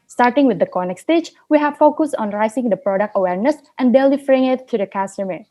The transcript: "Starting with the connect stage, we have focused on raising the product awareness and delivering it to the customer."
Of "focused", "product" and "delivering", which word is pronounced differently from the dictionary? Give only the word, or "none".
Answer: delivering